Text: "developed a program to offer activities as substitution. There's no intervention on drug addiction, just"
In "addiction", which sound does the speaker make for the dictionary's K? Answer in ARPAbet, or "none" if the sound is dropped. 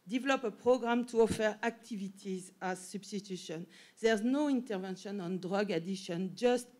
none